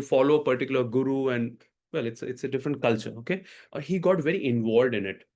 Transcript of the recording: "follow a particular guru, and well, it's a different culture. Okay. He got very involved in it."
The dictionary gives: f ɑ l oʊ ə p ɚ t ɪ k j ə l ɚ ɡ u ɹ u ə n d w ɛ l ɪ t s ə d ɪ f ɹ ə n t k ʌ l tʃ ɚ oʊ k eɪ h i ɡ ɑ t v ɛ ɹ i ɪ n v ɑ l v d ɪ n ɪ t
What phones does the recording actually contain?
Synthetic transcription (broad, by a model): f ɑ l oʊ ə p ɚ t ɪ k j ə l ɚ ɡ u ɹ u ə n d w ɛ l ɪ t s ə d ɪ f ɹ ə n t k ʌ l tʃ ɚ oʊ k eɪ h i ɡ ɑ t v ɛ ɹ i ɪ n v ɑ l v d ɪ n ɪ t